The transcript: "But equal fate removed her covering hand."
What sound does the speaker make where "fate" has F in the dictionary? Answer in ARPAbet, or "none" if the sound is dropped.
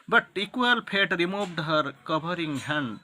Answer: P